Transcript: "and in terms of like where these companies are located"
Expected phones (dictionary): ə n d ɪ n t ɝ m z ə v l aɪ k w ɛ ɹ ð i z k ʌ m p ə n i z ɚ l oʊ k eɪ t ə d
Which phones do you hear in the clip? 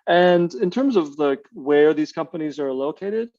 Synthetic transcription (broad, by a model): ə n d ɪ n t ɝ m z ə v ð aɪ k w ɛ ɹ ð i z k ʌ m p ə n i z ɚ l oʊ k eɪ t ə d